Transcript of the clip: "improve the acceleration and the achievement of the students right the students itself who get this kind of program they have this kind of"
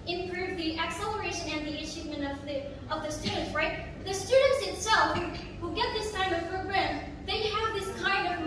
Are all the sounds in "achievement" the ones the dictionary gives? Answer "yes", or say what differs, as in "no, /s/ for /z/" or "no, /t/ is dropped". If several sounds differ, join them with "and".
no, /ʃ/ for /tʃ/